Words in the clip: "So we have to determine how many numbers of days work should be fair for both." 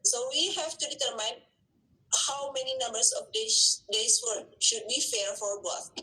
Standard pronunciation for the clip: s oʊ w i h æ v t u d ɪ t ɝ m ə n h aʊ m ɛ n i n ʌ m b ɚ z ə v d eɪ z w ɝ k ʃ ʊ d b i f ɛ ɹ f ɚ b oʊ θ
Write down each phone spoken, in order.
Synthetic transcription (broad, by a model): s oʊ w i h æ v t u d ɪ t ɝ m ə n h aʊ m ɛ n i n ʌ m b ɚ s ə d d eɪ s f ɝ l ʃ ʊ d b i f ɛ ɹ f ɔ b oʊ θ